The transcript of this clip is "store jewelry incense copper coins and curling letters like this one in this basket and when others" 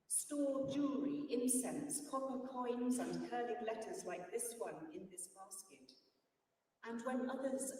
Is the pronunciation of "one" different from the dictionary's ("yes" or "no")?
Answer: no